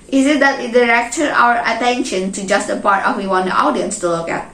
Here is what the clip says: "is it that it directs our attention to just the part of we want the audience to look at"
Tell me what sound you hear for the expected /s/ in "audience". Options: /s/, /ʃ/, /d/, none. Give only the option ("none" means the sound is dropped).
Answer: /s/